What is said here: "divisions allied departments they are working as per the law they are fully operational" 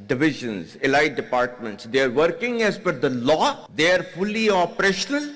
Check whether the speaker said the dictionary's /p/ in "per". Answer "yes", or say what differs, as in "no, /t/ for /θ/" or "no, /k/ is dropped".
no, /f/ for /p/